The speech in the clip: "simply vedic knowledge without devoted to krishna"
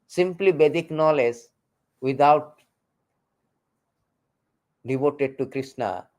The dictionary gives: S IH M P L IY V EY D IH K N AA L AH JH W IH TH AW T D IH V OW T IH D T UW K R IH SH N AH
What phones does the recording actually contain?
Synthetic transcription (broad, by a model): S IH M P L IY B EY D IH K N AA L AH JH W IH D AW T D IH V OW T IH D T UW K R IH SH N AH